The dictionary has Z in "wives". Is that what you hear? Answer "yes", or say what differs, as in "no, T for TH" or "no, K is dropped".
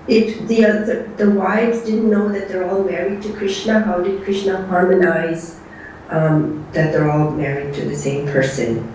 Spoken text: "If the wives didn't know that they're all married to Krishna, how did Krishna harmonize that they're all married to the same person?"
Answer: yes